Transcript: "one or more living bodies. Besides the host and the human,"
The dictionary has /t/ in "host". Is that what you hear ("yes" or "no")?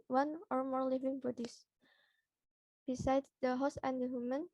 no